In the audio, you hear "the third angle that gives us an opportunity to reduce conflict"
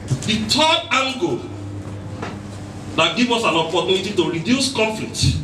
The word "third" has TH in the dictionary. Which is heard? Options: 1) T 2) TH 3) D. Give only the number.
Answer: 1